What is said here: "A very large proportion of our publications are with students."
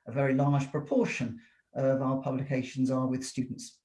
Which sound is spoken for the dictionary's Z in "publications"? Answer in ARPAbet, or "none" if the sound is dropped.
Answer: Z